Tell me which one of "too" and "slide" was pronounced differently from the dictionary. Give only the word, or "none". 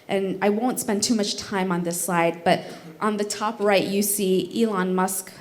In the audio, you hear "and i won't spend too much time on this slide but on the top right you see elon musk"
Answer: slide